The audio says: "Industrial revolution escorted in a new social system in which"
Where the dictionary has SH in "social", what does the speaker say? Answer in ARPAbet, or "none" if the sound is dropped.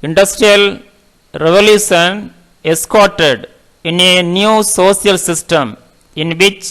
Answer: S